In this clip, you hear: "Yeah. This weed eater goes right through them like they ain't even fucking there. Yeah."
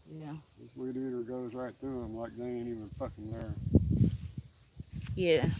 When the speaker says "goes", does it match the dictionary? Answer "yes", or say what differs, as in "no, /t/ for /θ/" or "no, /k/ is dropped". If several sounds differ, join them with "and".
yes